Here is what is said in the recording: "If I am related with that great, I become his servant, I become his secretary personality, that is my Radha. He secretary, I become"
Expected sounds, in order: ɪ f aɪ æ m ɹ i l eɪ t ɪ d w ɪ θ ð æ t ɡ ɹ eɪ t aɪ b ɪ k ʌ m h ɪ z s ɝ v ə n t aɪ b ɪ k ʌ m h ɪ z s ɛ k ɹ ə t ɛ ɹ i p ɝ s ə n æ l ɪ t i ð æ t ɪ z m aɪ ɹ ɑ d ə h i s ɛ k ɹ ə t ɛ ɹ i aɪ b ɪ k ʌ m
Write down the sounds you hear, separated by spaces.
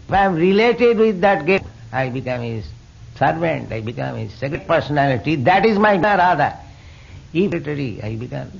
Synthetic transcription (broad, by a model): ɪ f aɪ m ɹ i l eɪ t ɪ d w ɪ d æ t ɡ eɪ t aɪ b ɪ k ʌ m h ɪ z s ɝ v ə n t aɪ b ɪ k ʌ m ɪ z s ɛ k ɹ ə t p ɝ s ə n æ l ɪ t i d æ t ɪ z m aɪ ɹ ɑ d ə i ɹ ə t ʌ ɹ i aɪ b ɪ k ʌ m